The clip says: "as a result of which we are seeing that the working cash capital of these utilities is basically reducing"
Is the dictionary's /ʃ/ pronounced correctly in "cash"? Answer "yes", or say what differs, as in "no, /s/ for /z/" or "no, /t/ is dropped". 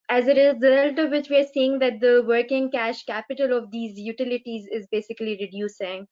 yes